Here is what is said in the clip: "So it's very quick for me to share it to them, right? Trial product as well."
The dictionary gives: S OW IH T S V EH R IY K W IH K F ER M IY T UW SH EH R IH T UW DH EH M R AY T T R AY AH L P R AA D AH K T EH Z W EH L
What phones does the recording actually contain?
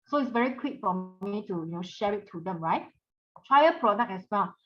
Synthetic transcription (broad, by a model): S OW IH T S V EH R IY K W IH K F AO M IY T UW SH EH R IH T UW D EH M R AY T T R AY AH P R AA D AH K EH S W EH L